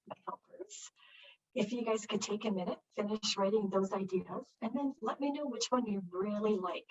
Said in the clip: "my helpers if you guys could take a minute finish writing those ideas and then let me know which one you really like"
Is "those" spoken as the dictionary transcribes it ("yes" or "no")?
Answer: yes